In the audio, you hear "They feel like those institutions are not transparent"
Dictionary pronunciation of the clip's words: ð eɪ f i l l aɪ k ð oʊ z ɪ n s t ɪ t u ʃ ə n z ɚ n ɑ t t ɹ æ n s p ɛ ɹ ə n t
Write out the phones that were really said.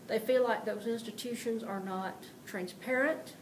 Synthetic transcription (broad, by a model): ð eɪ f i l l aɪ k ð oʊ z ɪ n s t ɪ t u ʃ ə n z ɚ n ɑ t t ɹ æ n s p ɛ ɹ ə n t